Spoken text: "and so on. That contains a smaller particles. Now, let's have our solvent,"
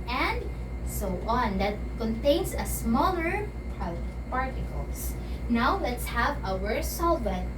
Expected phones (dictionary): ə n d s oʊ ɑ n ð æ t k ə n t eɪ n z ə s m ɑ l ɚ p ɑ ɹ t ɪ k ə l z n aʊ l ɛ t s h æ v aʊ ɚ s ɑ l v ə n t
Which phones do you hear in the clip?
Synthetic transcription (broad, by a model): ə n d s oʊ ɑ n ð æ t k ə n t eɪ n s ə s m ɑ l ɚ p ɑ ɹ t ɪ k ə l s n aʊ l ɛ t s h æ v aʊ ɚ s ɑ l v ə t